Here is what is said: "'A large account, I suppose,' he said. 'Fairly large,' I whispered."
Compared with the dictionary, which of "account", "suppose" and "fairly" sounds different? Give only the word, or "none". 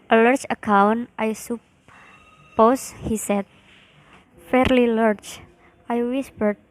suppose